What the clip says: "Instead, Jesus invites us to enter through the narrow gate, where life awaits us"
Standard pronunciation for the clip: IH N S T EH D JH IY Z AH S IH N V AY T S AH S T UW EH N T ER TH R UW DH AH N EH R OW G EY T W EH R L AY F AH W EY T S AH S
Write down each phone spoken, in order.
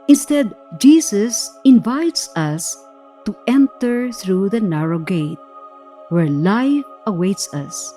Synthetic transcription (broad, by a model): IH N S T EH D JH IY S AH S IH N V AY T S AH S T UW EH N T ER TH R UW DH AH N EH R OW G EY T W EH R L AY F AH W EY T S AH S